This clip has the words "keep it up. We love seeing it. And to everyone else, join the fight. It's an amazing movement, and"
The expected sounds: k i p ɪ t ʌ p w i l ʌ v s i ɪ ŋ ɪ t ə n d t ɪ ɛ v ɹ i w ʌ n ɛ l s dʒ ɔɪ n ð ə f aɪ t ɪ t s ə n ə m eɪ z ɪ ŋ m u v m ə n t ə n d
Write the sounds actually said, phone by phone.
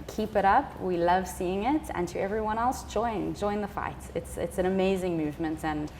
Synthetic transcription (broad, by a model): k i p ɪ t ʌ p w i l ʌ v s i ɪ ŋ ɪ t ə n t ɪ ɛ v ɹ i w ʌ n ɛ l s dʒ ɔɪ n ð ə f aɪ t ɪ t s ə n ə m eɪ z ɪ ŋ m u v m ə n t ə n